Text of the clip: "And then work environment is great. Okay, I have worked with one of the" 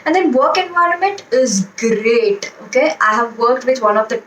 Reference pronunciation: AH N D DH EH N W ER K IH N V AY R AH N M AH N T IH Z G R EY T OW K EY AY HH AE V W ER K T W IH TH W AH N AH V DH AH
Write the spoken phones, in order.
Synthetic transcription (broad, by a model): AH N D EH N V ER K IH N V AY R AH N M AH N T IH Z G R EY T OW K EY AY HH AE V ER K T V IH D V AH N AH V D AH